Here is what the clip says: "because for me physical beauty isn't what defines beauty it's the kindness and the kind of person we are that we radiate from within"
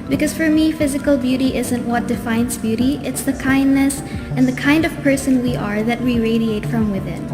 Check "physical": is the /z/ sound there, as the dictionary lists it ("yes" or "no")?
yes